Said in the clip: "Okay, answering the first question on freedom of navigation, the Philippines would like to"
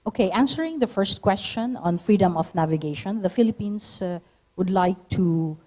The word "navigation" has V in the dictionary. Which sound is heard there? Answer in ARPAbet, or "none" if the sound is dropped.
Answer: V